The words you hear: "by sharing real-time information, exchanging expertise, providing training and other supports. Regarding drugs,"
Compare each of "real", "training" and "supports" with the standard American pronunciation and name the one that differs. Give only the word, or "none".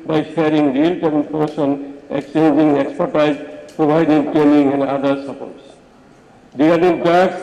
training